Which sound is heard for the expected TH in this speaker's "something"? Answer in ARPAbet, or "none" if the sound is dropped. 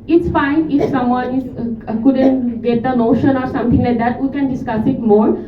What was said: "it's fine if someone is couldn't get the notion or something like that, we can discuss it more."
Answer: T